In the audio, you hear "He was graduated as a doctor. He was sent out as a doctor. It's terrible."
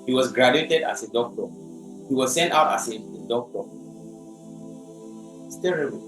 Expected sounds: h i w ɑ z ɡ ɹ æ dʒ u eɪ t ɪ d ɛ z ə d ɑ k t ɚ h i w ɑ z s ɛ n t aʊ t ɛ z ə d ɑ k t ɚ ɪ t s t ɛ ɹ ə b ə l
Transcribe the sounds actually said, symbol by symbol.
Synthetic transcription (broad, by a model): h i w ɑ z ɡ ɹ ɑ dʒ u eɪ t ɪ d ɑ s ə d ɑ k t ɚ h i w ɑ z s ɛ n t aʊ t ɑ s ə d ɑ k t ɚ ɪ t s t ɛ ɹ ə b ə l